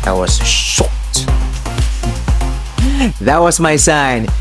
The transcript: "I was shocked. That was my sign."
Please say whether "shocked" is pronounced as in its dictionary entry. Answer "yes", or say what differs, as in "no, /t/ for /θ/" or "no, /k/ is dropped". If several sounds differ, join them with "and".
no, /k/ is dropped